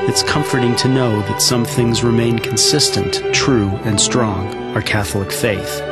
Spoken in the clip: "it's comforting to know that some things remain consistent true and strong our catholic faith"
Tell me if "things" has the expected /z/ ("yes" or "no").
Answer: yes